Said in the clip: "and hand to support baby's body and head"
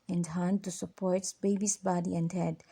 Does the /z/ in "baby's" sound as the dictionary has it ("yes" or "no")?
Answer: no